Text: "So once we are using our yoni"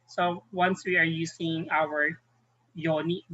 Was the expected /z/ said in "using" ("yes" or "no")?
no